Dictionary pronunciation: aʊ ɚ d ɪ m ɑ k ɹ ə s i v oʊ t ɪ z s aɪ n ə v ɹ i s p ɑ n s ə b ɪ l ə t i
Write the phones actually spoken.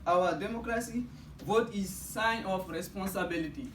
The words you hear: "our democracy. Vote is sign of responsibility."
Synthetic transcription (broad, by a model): aʊ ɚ d ɪ m ɑ k ɹ ə s i v oʊ t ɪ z s aɪ n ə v ɹ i s p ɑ n s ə b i l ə t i